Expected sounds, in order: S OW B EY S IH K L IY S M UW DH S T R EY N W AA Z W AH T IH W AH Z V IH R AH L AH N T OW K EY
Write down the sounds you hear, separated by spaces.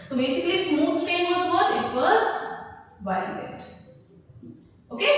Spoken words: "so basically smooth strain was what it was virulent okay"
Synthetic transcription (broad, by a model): S OW B EY S IH K L IY S M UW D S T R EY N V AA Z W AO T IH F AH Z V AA AH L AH T OW K EY